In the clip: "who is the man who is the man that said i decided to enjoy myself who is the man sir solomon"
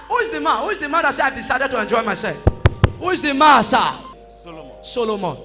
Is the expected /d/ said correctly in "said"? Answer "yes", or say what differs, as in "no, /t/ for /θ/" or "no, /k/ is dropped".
no, /d/ is dropped